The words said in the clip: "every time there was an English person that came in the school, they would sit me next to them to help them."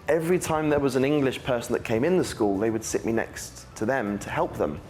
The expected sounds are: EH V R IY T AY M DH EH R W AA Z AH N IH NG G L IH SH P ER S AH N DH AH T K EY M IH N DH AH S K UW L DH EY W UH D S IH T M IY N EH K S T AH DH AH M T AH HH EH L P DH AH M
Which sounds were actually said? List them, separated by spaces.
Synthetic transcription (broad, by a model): EH V R IY T AY M DH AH W AA Z AH N IH NG G L IH SH P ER S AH N DH AH T K EY M IH N DH AH S K UW L DH EY W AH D S IH T M IY N EH K S T AH DH AH M T AH HH EH L P DH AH M